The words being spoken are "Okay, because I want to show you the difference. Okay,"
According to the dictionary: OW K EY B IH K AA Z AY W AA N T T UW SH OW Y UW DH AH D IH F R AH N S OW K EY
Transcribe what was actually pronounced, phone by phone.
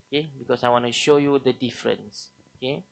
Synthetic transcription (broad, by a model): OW K EY B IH K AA S AY W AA N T T UW SH OW Y UW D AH D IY F R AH N S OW K EY